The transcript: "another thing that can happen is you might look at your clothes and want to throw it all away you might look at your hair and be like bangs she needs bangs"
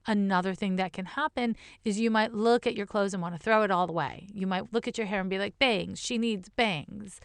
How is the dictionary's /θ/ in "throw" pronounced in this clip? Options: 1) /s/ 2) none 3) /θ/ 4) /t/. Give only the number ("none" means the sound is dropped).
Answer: 3